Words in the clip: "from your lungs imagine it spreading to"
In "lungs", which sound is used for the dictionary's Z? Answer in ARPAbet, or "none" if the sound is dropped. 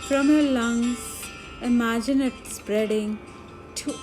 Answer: none